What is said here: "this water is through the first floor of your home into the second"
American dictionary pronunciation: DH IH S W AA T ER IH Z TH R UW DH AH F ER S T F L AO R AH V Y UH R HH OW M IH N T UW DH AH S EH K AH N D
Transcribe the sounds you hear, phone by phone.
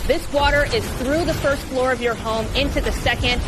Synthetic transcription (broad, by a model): DH IH S W AA T ER IH Z TH R UW DH AH F ER S T F L AO R AH V Y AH R HH OW M IH N T UW DH AH S EH K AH N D